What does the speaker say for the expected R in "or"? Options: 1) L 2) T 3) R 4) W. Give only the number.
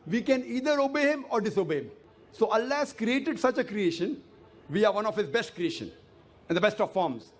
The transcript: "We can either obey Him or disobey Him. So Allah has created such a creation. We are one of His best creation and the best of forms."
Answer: 3